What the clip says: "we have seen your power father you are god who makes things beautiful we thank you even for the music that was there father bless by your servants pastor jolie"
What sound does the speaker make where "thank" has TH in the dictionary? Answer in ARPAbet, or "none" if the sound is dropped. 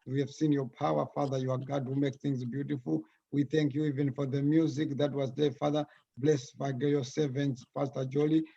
TH